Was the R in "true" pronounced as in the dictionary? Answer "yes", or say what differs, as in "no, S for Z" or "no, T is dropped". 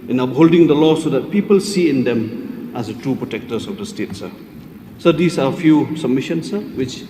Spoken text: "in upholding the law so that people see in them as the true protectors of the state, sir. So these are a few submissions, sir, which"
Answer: no, R is dropped